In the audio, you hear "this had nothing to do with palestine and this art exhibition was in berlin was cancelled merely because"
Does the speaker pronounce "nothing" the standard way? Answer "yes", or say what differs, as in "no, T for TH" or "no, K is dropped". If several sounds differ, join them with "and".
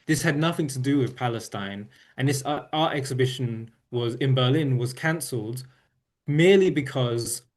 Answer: yes